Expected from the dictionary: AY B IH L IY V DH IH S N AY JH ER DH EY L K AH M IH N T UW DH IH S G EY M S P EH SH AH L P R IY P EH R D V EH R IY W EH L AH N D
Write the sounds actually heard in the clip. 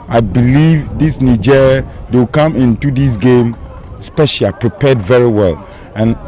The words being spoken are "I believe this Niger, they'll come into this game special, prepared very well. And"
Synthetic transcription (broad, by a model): AY B IH L IY V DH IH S N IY JH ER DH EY W K AH M IH N T UW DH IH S G EY M S P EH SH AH P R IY P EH D V EH R IY W EH L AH N